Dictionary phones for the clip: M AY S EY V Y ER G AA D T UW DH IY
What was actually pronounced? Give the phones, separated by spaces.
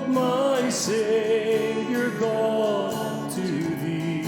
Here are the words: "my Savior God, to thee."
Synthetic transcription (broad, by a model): M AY S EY Y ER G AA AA T UW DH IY